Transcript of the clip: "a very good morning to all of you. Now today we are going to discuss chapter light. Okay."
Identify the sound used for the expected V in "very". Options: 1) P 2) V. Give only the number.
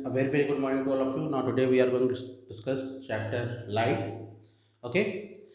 2